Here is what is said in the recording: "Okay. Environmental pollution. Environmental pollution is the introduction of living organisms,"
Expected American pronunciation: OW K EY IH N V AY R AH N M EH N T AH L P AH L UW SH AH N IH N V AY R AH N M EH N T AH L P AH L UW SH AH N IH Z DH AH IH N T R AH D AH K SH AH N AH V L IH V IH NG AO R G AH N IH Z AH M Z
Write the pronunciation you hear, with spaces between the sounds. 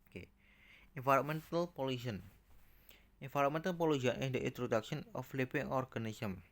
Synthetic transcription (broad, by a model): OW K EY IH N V AY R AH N M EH N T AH L P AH L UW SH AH N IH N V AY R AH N M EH N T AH L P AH L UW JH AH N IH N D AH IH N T R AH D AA K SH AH N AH F L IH P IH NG AO R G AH N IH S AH M